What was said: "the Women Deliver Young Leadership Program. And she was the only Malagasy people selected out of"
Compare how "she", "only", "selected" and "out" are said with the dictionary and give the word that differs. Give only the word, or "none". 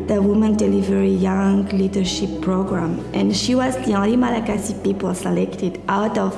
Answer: only